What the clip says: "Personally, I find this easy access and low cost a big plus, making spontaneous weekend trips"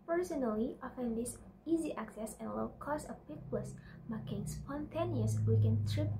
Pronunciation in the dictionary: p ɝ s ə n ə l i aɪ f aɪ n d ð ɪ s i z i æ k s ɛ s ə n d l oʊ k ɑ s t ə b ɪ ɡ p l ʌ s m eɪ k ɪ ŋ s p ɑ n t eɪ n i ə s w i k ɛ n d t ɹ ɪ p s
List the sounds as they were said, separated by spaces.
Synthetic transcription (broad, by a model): p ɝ s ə n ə l i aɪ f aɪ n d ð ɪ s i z i æ k s ɛ s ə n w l k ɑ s ə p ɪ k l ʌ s m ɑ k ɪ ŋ s p ɑ n t eɪ n i ə s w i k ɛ n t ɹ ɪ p